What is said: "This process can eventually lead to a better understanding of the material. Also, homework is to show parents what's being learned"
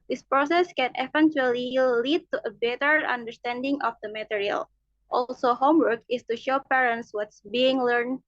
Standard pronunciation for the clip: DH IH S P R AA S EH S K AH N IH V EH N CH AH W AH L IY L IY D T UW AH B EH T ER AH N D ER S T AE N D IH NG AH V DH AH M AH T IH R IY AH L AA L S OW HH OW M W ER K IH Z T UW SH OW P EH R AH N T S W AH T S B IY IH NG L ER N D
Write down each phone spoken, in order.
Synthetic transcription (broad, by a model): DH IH S P R AA S EH S K AH N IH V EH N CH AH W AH L IY L IY D T UW AH B EH T ER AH N D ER S T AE N D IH NG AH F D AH M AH T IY R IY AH L AA L S OW HH OW M W ER K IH S T UW SH OW P EH R AH N T S W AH T S B IY IH NG L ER N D